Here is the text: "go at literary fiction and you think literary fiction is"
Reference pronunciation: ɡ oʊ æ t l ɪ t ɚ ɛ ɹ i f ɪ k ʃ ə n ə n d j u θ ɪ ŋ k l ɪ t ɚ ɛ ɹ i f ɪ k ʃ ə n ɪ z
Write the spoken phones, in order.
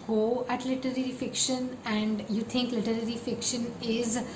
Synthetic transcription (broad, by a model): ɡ oʊ æ t l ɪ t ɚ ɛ ɹ i f ɪ k ʃ ə n ə n d j u t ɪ ŋ k l ɪ t ɚ ɛ ɹ i f ɪ k ʃ ə n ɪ z